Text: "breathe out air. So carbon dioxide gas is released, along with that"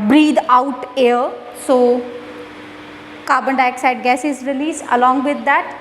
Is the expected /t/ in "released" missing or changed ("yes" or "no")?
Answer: yes